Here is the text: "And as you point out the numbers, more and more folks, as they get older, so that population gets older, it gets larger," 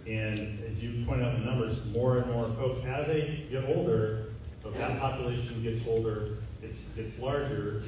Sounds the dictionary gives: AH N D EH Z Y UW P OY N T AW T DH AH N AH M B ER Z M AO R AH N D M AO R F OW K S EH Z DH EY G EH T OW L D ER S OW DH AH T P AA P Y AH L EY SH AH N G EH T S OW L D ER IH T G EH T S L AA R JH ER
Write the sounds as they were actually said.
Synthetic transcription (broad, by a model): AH N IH Z Y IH P OY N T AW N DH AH N AH M B ER Z M AO R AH N M AO R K OW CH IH Z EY G EH T OW L D ER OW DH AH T P AA P Y AH L EY SH AH N G EH T S OW L D ER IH T G EH T S L AA R JH ER